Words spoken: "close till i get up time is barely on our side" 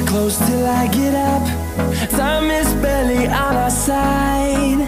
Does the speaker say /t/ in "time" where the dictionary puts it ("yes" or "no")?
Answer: no